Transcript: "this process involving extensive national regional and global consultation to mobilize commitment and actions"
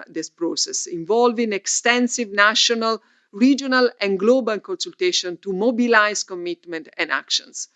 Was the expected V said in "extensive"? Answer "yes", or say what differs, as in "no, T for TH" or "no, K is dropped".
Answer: yes